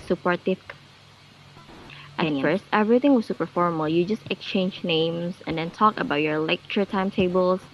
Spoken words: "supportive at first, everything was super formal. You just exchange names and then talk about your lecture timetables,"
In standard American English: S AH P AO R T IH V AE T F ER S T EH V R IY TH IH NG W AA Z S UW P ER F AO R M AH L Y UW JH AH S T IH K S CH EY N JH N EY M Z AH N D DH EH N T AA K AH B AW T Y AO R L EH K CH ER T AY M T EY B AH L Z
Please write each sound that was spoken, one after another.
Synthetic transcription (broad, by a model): S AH P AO R T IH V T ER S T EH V R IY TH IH NG W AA S UW P ER F AO R M AH L Y UW JH AH S T IH K S CH EY N JH N EY M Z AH N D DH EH N T AA K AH B AW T Y AO R L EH K CH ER T AY M T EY B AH L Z